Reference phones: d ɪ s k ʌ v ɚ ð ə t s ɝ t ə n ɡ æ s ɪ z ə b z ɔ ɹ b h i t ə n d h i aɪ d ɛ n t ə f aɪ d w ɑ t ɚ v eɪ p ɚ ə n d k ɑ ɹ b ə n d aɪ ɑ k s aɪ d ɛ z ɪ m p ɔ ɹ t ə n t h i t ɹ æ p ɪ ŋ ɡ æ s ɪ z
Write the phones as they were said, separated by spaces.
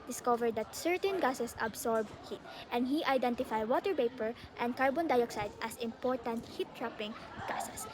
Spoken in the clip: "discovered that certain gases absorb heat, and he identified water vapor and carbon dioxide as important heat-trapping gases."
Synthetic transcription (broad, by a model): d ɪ s k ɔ v ɚ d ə t s ɝ t ə n ɡ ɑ s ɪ s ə b s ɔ ɹ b h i t ə n d h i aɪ d ɛ n t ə f aɪ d w ɑ t ɚ p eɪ p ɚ ə n d k ɑ ɹ b ə n d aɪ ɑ k s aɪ d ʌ s ɪ m p ɔ ɹ t ə n t h i t ɹ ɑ p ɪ ŋ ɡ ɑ s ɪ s